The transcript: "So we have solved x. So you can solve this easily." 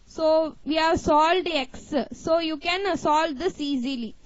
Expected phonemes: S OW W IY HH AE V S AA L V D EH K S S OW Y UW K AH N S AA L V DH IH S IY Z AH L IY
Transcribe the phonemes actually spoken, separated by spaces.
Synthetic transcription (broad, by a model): S OW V IY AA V S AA L D EH K S S OW Y UW K AH N S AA L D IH S IY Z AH L IY